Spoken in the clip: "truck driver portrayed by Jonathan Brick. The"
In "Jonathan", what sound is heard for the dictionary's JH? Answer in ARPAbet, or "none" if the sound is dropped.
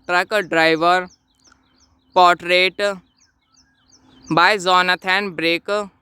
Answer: Z